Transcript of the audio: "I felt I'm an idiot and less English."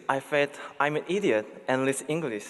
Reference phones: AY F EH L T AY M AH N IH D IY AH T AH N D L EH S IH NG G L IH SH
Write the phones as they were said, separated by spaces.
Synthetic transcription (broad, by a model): AY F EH T AY M AH N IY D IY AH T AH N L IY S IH NG G L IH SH